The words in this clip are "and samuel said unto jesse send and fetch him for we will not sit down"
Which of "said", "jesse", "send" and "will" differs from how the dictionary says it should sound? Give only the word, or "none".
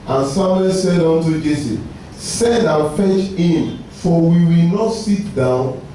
none